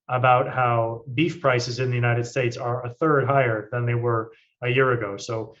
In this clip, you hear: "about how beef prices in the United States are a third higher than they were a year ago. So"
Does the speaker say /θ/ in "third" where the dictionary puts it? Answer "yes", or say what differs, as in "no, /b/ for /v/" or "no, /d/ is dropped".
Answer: yes